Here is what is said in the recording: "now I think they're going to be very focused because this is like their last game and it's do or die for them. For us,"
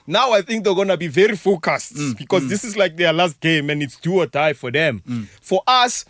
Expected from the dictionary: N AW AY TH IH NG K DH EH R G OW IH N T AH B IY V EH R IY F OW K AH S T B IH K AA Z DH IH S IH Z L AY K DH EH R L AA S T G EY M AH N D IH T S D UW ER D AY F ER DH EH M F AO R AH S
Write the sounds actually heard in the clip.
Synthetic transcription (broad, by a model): N AW AY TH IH NG K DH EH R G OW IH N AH B IY V EH R IY F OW K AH S T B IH K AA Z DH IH S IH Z L AY K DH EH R L AA S T G EY M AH N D IH T S D UW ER D AY F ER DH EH M F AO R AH S